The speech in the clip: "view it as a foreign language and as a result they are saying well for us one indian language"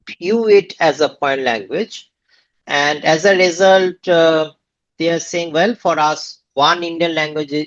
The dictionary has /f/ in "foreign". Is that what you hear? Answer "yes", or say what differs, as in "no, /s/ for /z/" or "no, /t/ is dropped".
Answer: no, /p/ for /f/